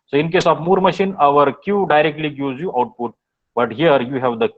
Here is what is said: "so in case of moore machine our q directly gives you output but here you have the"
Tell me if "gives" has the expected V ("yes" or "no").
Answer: no